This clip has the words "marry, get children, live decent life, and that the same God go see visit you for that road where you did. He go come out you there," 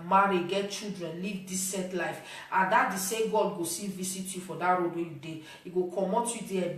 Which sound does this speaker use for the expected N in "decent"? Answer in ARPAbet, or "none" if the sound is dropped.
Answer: none